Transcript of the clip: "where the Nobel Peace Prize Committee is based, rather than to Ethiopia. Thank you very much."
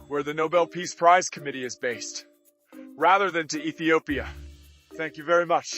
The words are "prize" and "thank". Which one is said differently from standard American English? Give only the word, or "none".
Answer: none